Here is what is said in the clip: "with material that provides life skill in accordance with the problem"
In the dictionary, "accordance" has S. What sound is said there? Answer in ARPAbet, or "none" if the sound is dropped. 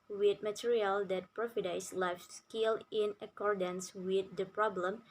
S